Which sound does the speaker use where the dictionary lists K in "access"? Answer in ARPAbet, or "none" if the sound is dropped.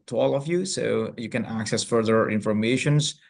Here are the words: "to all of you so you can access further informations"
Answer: K